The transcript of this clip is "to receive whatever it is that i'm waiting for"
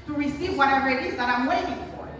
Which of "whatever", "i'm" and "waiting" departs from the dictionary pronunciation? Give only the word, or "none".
none